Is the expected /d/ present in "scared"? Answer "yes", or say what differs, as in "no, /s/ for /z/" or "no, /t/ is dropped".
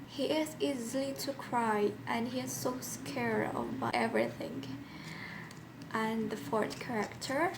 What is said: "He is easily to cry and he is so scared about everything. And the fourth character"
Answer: no, /d/ is dropped